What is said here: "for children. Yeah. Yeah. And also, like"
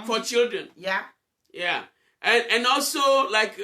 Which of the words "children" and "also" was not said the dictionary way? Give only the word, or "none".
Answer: none